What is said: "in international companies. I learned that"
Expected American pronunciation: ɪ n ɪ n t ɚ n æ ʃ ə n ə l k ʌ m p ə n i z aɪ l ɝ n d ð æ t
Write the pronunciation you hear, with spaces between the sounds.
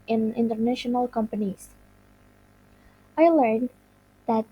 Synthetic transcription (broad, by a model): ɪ n ɪ n t ɚ n æ ʃ ə n ə l k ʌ m p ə n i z aɪ l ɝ n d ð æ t